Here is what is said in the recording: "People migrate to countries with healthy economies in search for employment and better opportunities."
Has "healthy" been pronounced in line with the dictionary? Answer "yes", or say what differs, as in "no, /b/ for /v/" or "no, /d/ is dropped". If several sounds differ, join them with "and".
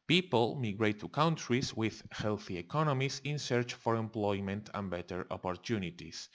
yes